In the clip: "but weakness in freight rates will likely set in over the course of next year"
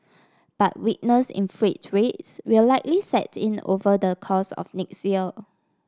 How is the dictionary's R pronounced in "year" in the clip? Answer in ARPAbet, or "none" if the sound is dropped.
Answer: L